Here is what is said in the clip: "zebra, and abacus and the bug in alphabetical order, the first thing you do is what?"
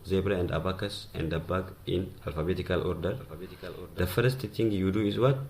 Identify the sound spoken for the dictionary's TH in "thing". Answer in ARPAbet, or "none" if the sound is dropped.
T